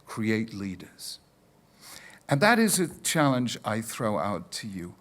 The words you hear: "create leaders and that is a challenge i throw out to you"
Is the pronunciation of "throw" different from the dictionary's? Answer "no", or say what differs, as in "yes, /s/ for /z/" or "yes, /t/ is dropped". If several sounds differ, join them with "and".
no